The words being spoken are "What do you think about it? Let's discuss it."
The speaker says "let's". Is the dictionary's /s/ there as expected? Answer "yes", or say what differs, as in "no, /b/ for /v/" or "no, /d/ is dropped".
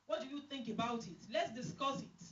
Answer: yes